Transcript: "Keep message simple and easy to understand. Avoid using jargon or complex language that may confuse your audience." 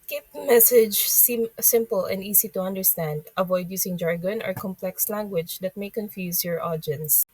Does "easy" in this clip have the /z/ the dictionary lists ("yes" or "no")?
no